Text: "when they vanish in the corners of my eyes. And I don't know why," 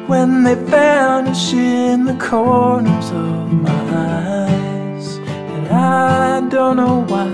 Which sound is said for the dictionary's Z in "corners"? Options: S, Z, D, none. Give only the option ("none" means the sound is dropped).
Z